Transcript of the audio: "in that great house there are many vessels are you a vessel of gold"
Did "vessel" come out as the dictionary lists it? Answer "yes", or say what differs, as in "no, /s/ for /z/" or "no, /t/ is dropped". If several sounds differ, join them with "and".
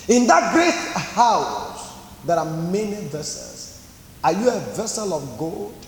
yes